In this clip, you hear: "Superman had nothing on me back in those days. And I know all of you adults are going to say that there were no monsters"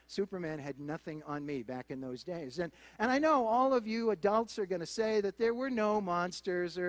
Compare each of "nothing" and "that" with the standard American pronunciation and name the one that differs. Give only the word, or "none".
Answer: none